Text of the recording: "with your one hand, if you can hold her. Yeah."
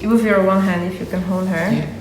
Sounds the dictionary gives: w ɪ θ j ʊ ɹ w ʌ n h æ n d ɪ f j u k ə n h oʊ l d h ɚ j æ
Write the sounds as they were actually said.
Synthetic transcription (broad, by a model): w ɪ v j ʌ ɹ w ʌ l h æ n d ɪ f j u k ə n h oʊ l d h ɚ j